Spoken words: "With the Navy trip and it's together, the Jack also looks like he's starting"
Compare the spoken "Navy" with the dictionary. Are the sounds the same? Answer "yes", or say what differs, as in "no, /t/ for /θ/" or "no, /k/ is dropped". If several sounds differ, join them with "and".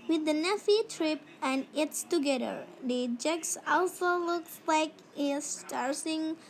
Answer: no, /f/ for /v/